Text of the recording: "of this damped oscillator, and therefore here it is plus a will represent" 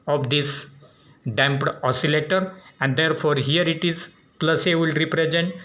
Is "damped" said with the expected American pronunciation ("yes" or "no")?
yes